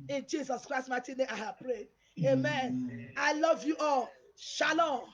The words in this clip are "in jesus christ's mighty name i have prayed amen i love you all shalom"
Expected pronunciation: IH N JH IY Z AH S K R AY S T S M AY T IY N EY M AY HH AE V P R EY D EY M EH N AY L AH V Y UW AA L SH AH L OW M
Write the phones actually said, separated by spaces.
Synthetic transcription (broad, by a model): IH N JH IY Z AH S K R AY S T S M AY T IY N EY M AY HH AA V P R EY D EY M EH N AY L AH V Y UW AA L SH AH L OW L